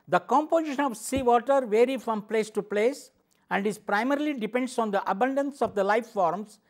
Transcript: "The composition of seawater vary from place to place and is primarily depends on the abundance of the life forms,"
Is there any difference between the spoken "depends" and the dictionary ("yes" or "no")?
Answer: yes